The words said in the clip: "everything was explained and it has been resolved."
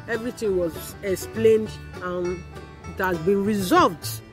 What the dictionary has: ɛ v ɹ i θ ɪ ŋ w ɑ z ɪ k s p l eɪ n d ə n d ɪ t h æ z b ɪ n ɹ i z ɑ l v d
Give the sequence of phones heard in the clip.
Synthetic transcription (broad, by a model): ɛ v ɹ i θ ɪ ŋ w ɑ z ɪ k s p l eɪ n d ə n ɪ t h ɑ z b ɪ n ɹ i z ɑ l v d